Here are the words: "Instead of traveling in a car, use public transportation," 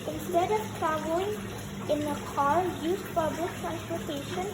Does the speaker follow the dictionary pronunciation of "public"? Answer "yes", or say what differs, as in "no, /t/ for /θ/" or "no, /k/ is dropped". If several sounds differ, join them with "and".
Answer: no, /f/ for /p/